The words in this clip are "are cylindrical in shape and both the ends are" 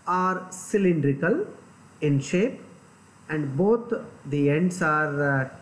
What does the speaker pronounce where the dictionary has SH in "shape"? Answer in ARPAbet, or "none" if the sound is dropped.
SH